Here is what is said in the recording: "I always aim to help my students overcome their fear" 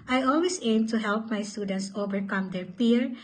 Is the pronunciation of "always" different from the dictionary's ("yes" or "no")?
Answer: yes